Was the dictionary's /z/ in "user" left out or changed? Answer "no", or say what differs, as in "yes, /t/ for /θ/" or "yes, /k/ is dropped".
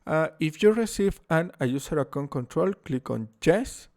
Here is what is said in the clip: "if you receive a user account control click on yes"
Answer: yes, /s/ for /z/